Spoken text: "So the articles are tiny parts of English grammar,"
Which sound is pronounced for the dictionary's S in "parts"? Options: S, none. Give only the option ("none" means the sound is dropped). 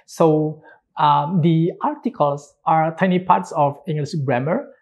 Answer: S